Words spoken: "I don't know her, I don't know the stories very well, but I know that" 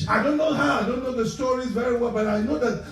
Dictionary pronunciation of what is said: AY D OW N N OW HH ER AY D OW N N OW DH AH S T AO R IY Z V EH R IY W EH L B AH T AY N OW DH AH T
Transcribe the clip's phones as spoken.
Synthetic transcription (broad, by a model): AY D OW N N OW HH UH AY D OW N N OW DH AH S T AO R IY Z V EH R IY W EH L B AH T AY N OW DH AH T